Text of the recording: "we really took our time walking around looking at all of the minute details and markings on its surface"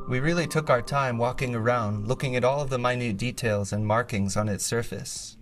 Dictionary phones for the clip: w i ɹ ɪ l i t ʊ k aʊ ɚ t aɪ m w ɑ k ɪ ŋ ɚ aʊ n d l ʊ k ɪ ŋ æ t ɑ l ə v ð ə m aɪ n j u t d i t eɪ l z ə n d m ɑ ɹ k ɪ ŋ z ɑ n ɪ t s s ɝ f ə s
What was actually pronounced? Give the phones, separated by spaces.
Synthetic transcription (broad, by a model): w i ɹ ɪ l i t ʊ k aʊ ɚ t aɪ m w ɑ k ɪ ŋ ɚ aʊ n d l ʊ k ɪ ŋ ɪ t ɑ l ə v ð ə m aɪ n j u t d i t eɪ l z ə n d m ɑ ɹ k ɪ ŋ z n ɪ t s s ɝ f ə s